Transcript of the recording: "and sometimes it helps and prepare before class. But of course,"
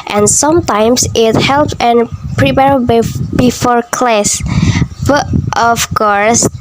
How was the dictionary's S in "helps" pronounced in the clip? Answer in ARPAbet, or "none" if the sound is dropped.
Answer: none